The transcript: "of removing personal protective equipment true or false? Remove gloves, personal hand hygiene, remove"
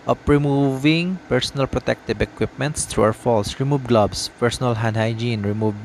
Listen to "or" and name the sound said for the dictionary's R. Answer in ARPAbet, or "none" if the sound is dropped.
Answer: W